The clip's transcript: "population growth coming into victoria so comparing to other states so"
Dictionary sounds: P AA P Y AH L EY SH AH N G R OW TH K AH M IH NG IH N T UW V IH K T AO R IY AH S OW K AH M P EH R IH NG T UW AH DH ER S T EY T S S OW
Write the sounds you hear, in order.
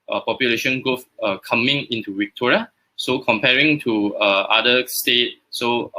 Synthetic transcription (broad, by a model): P AA P Y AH L EY SH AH N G OW F K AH M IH NG IH N T UW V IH K T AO R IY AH S OW K AH M P EH R IH NG T UW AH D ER S T EY T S S OW